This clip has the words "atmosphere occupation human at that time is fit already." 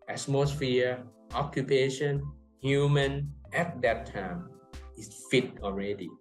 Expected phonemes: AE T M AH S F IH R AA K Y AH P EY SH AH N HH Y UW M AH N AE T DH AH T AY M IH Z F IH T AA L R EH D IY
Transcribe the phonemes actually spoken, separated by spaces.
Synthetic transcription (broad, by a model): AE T M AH S F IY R AA K Y AH P EY SH AH N HH Y UW M AH N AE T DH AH T AY M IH S F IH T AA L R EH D IY